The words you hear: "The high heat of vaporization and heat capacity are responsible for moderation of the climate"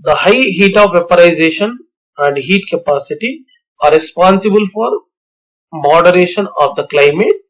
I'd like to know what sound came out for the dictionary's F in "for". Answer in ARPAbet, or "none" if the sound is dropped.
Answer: F